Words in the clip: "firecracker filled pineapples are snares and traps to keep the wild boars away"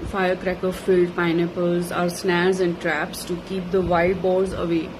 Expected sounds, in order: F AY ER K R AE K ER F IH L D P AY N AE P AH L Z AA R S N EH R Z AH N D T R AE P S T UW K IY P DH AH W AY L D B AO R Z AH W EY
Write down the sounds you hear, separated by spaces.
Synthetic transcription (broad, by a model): F AY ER K R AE K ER F IH L D P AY N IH P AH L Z AA R S N EH R Z AH N D T R AE P S T UW K IY P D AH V AY D B AO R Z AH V EY